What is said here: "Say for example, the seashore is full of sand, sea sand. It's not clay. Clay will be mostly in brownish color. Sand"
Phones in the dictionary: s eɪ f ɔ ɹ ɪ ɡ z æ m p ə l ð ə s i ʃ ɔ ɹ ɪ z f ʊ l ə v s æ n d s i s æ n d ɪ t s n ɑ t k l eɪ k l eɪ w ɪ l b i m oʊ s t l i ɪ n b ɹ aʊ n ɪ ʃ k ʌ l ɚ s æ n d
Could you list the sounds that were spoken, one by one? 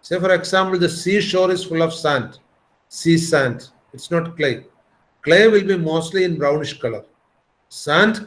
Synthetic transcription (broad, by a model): s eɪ f ɔ ɹ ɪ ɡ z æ m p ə l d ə s i ʃ ɔ ɹ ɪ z f ʊ l ə v s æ n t s i s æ n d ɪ t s n ɑ t k l eɪ k l eɪ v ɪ l b i m oʊ s t l i ɪ n b ɹ aʊ n ɪ ʃ k ʌ l ɚ s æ n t